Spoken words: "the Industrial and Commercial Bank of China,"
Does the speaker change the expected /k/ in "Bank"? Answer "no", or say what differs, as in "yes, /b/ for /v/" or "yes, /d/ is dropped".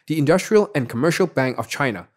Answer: no